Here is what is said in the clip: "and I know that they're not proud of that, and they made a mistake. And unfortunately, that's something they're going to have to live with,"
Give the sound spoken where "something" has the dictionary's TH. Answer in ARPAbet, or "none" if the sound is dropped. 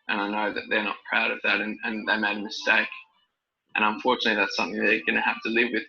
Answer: TH